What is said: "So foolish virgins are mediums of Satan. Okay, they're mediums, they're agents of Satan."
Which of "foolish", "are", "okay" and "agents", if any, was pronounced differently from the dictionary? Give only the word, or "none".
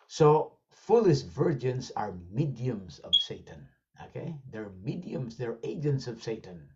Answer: foolish